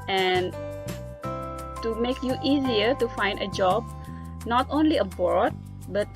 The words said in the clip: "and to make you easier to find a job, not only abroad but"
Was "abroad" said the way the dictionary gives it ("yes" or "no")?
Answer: no